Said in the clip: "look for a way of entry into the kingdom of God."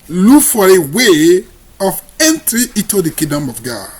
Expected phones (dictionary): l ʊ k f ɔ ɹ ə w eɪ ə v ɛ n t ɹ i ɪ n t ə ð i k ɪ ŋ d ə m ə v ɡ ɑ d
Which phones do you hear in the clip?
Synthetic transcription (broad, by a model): l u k f ɔ ɹ ə w eɪ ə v ɛ n t ɹ i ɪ t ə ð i k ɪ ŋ d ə m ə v ɡ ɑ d